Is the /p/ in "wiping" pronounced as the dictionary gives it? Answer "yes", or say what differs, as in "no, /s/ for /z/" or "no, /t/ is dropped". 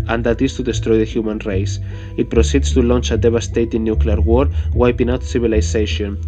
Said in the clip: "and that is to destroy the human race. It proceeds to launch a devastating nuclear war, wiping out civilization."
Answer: yes